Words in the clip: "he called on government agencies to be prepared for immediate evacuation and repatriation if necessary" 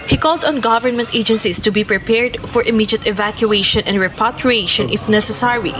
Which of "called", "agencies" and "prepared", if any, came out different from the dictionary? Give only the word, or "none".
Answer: agencies